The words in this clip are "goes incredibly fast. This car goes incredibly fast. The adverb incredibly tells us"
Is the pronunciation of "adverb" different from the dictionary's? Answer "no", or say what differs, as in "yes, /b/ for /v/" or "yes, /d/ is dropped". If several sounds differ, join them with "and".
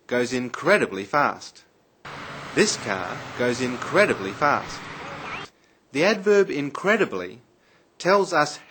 no